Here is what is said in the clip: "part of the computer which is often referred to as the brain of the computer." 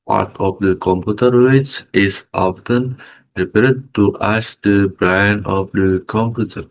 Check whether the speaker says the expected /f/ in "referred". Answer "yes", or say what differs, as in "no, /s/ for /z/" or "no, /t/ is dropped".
no, /p/ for /f/